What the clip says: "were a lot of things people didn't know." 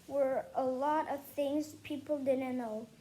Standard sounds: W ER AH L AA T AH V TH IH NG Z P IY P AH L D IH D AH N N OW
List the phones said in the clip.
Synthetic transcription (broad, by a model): W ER AH L AA T AH V TH IH NG Z P IY P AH L D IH D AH N N OW